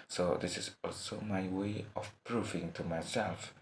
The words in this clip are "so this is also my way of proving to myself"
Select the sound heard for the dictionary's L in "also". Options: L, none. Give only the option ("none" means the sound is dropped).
L